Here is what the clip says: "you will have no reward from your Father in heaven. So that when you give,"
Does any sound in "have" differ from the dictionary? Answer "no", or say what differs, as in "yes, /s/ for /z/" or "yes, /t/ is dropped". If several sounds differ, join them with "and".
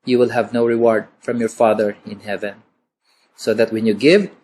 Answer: no